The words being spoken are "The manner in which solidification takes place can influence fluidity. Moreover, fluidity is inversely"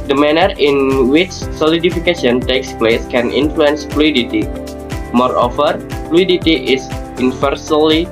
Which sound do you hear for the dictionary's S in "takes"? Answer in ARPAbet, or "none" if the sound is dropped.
S